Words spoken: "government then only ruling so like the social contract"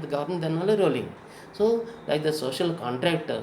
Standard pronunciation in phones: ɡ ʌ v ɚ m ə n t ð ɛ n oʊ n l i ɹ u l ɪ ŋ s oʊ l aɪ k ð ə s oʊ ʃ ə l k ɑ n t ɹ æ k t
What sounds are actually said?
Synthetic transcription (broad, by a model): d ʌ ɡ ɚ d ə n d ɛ n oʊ l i ɹ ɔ l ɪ ŋ s oʊ l aɪ k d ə s oʊ ʃ ə l k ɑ n t ɹ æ k t